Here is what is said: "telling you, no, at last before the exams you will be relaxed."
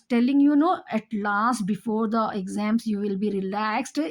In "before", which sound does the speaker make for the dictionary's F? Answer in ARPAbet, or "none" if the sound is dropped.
F